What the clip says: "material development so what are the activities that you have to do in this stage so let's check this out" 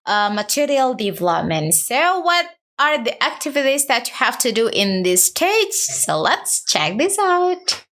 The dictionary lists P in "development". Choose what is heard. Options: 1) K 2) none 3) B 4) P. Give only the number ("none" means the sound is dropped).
4